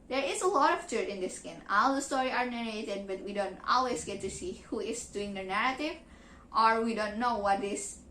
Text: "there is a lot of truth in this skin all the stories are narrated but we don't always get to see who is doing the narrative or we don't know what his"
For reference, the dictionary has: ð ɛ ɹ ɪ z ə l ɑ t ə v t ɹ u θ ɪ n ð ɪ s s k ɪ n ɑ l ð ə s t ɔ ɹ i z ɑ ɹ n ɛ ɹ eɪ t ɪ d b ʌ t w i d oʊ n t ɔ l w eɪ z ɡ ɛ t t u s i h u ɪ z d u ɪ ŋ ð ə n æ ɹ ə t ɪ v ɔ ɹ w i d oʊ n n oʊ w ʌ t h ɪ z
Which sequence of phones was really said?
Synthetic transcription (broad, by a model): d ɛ ɹ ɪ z ə l ɑ t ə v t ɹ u t ɪ n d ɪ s s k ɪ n ɑ l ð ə s t ɔ ɹ i ɑ ɹ n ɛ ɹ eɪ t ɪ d b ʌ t w i d oʊ n t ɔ l w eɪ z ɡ ɛ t t u s i h u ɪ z d u ɪ ŋ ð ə n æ ɹ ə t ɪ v ɔ ɹ w i d oʊ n n oʊ w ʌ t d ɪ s